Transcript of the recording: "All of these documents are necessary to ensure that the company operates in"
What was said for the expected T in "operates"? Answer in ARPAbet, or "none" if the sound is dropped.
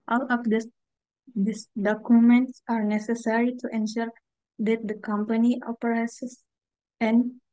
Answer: S